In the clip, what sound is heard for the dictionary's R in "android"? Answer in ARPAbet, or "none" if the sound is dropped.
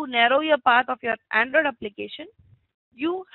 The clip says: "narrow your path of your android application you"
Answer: R